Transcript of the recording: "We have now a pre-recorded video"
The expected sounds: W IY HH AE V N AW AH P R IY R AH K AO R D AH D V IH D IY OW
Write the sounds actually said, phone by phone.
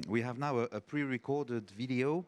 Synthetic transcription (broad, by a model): W IY HH AE V N AW AH P R IY R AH K AO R D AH D V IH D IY OW